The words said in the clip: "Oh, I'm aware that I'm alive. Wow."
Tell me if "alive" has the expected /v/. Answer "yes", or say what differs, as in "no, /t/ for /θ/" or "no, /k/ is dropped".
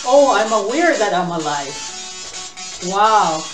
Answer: no, /f/ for /v/